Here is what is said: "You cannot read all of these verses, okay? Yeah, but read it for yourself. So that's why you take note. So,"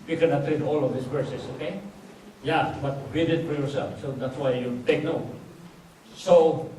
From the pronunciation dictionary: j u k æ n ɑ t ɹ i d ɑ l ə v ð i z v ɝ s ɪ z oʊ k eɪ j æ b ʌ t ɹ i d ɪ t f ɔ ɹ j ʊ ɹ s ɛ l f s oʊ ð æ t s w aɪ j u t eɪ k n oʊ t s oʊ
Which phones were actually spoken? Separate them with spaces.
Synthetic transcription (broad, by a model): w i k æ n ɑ t ɹ i d ɑ l ə v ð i s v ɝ s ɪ s oʊ k eɪ j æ b ʌ t ɹ i d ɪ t f ɔ ɹ j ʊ ɹ s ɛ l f s oʊ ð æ t s w aɪ j u t eɪ k n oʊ s oʊ